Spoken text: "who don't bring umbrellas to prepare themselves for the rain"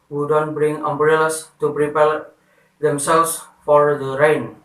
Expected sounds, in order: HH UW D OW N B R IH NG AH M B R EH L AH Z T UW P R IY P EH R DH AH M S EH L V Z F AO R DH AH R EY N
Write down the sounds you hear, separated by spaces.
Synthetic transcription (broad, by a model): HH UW D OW N B R IH NG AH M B R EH L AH S T UW P R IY P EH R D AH M S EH L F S F AO R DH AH R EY N